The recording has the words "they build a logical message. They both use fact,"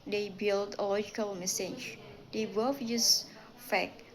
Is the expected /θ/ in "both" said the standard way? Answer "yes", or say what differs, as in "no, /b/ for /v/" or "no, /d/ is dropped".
no, /f/ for /θ/